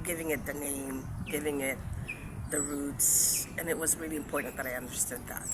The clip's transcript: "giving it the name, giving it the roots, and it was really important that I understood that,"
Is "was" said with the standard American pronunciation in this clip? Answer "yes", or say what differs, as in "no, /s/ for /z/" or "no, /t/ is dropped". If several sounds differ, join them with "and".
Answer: yes